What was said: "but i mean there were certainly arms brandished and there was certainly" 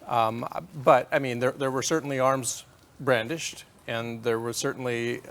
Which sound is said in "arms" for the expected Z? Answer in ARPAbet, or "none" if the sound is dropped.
Z